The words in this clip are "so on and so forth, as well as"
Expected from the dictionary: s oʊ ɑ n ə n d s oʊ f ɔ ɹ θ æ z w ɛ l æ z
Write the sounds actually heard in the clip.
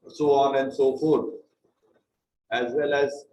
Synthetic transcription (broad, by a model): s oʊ ɑ n ə n d s oʊ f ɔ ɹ æ z w ɛ l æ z